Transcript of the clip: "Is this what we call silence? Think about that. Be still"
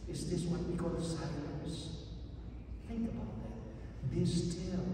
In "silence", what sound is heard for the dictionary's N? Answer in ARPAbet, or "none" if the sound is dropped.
none